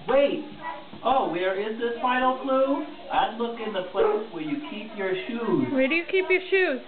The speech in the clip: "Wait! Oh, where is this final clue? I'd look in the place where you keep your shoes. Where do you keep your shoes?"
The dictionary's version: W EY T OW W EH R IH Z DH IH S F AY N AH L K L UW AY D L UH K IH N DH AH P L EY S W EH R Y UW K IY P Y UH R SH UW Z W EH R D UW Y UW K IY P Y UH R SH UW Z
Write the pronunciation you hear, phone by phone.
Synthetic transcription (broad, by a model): W EY T OW W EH R IH Z DH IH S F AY AH L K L UW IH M L UH K IH N DH AH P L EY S W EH R Y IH K IY P Y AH R SH UW Z W EH R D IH Y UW K IY P Y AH R SH UW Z